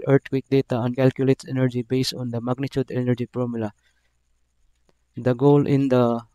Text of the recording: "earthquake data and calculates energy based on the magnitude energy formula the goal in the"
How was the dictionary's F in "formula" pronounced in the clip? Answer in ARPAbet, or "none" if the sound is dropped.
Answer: P